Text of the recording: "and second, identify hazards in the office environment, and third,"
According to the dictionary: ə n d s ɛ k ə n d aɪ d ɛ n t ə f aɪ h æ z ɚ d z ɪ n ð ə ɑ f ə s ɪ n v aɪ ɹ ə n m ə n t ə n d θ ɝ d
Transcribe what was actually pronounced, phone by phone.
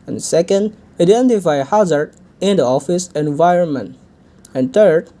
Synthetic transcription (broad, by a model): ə n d s ɛ k ə n d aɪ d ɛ n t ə f aɪ h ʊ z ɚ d ɪ n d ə ɑ f ə s ɪ n v aɪ ɹ ə n m ə n t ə n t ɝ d